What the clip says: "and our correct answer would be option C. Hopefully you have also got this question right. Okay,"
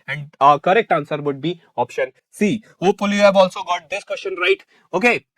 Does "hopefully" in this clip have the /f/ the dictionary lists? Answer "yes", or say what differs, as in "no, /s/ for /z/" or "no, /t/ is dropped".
no, /f/ is dropped